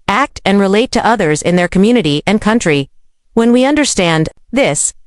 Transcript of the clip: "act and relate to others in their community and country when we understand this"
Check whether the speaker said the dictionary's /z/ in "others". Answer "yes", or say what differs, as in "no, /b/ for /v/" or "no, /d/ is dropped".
yes